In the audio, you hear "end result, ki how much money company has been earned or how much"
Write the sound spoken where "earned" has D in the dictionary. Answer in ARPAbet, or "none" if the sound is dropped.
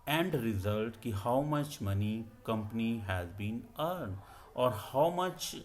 D